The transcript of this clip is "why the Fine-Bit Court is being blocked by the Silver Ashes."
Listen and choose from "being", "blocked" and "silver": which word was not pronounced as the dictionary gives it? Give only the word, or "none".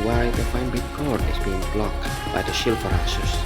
silver